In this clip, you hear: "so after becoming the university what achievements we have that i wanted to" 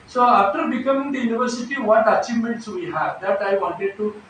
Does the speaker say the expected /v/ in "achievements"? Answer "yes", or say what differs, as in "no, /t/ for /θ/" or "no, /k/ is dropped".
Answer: no, /v/ is dropped